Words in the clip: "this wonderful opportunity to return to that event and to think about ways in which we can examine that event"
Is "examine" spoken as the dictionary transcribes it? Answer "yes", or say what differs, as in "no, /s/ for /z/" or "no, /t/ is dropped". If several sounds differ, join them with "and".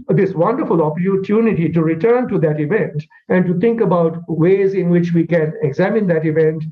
yes